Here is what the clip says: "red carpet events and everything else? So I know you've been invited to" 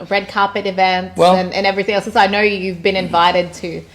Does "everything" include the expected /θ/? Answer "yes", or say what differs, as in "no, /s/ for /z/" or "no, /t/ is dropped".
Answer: yes